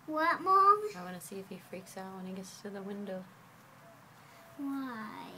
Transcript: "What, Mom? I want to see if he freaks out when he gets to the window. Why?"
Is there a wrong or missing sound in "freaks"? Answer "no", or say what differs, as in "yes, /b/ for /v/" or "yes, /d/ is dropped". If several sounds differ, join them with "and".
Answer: no